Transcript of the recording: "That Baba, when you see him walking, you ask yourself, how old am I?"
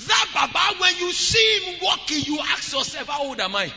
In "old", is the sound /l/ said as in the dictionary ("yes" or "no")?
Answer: no